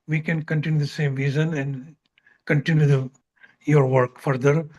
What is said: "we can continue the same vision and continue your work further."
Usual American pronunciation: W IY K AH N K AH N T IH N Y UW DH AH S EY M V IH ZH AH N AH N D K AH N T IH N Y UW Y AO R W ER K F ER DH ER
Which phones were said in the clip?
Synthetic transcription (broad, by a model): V IY K AH N K AH N T IH N Y UW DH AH S EY M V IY Z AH N AH N D K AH N T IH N Y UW Y AO R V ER K F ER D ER